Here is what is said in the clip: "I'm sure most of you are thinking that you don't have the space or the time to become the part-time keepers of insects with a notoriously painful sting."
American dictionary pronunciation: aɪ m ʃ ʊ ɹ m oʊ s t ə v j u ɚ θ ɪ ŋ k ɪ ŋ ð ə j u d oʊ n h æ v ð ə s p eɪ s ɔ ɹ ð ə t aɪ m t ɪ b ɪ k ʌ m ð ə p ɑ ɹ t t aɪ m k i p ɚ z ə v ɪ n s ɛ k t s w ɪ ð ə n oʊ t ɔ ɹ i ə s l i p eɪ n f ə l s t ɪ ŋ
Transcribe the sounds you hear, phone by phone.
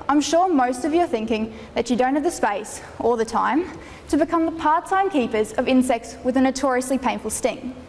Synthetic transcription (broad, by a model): aɪ m ʃ ʊ ɹ m oʊ s t ə v j ɚ θ ɪ ŋ k ɪ ŋ ð ə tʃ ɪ d oʊ n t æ v ð ə s p eɪ s ɔ l ð ə t aɪ m t ɪ b ɪ k ʌ m ð ə p ɑ ɹ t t aɪ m k i p ɚ z ə v ɪ n s ɛ k t s w ɪ ð ə n oʊ t ɔ ɹ i ə s l i p eɪ n f ə l s t ɪ ŋ